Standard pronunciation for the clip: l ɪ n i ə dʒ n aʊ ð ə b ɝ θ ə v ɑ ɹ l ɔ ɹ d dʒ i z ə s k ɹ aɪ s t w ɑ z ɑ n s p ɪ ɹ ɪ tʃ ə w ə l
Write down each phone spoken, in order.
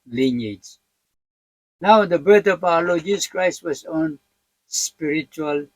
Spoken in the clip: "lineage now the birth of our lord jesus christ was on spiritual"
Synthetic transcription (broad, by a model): l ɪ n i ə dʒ n aʊ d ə b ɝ t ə p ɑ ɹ l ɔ dʒ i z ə s k ɹ aɪ s t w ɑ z ɑ n s p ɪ ɹ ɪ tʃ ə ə l